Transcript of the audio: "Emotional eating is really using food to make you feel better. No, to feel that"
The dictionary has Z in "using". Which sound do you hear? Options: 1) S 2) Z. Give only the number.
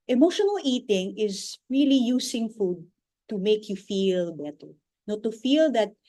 1